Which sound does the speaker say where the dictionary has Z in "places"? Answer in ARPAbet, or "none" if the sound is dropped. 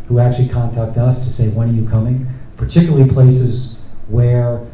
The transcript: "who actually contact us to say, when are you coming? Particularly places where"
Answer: Z